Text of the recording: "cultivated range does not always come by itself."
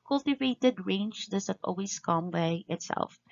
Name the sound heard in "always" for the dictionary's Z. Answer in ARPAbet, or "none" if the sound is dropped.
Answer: S